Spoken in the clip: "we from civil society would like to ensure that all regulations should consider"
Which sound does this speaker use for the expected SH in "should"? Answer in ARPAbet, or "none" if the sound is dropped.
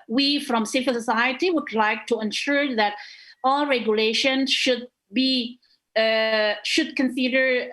SH